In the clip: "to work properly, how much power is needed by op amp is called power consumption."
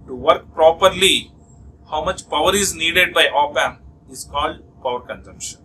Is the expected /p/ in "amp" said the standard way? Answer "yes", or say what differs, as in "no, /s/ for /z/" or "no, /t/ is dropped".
no, /p/ is dropped